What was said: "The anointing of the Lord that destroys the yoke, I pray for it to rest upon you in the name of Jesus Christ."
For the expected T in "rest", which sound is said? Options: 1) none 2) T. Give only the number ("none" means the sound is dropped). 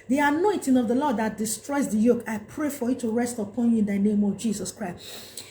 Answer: 2